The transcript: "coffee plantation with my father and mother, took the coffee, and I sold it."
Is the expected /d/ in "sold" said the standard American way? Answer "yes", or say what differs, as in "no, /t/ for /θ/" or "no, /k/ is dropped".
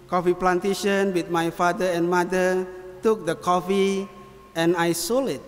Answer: no, /d/ is dropped